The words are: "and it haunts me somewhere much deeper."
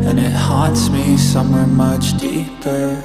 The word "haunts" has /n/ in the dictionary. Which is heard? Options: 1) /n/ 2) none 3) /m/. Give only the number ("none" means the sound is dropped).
2